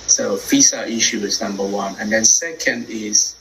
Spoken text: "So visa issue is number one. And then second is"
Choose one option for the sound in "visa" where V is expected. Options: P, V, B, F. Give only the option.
F